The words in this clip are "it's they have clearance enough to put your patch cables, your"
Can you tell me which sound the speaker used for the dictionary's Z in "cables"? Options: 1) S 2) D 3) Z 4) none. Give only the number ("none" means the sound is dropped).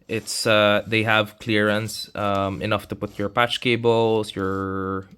1